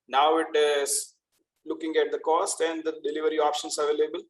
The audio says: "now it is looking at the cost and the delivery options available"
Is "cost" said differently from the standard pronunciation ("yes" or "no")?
no